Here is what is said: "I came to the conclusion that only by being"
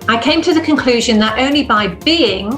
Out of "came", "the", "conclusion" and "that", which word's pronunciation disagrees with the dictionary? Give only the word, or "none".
none